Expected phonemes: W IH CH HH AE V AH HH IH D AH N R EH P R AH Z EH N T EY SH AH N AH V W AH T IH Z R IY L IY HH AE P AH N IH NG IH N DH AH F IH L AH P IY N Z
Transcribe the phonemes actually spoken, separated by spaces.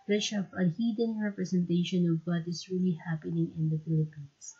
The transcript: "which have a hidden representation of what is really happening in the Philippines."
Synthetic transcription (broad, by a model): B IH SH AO P AH HH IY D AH N R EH P R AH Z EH N T EY SH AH N AH V W AH T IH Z R IY L IY HH AE P AH N IH NG IH N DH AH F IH L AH P IY N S